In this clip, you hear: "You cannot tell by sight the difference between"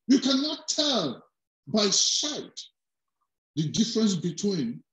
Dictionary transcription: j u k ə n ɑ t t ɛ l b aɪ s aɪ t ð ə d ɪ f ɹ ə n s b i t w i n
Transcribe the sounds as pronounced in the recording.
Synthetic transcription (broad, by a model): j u k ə n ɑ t t ɛ l b aɪ ʃ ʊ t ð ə d ɪ f ɹ ə n s b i t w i n